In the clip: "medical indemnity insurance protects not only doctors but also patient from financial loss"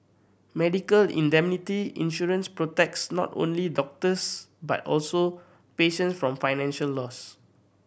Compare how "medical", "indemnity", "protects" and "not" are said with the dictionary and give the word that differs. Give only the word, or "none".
none